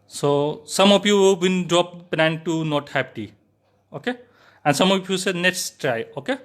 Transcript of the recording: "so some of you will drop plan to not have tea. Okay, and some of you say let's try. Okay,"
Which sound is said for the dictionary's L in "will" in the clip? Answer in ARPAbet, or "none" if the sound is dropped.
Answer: N